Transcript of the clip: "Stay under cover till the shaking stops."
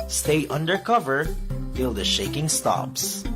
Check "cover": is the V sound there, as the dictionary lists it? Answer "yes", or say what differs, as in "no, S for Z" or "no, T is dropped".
yes